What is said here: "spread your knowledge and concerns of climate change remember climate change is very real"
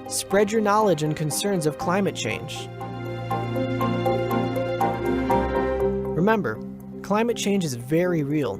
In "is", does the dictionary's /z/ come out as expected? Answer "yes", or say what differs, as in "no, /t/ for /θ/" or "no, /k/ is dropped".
yes